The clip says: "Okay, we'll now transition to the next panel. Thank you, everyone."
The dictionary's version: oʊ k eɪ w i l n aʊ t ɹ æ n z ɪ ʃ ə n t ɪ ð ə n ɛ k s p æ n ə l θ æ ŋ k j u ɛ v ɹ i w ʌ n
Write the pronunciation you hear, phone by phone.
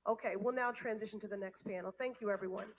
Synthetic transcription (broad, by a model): oʊ k eɪ w i l n aʊ t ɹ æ n z ɪ ʃ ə n t ɪ ð ə n ɛ k s p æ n l θ æ ŋ k j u ɛ v ɹ i w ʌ n